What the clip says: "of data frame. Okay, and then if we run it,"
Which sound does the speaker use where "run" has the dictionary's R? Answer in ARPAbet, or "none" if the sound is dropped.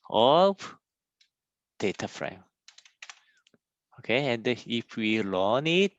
L